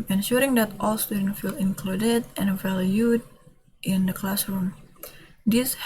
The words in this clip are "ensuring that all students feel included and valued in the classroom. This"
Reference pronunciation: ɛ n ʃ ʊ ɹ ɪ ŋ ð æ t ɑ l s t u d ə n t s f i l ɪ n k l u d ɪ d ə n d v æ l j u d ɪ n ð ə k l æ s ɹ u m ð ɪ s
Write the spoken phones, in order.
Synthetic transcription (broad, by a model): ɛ n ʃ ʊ ɹ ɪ ŋ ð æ t ɑ l s t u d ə n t f i l ɪ n k l u d ɪ d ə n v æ l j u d ɪ n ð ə k l æ s ɹ u m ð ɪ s